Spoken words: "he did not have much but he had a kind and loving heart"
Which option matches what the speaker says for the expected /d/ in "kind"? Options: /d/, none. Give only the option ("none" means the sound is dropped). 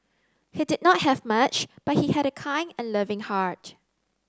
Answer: none